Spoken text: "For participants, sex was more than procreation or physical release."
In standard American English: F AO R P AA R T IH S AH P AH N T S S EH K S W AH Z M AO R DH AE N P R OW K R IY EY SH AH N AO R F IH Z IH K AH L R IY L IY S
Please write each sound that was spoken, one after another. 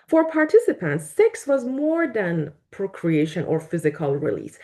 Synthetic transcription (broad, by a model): F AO R P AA R T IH S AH P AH N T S S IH K S W AH Z M AO R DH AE N P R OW K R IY EY SH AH N AO R F IH Z IH K AH L R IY L IY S